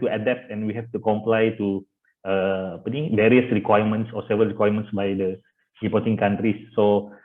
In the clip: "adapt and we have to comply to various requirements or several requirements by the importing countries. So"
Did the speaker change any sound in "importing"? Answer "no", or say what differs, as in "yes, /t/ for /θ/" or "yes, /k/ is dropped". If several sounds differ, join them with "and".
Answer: yes, /m/ is dropped